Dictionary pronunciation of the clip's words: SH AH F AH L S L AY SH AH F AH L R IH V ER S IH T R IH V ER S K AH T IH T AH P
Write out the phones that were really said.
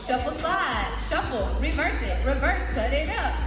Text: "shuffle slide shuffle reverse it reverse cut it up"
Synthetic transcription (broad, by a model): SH AH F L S AY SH AH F L R IH V ER S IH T R IH V ER S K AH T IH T AH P